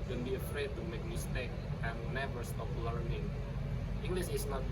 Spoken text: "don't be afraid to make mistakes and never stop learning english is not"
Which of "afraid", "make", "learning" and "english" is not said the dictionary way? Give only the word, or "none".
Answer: english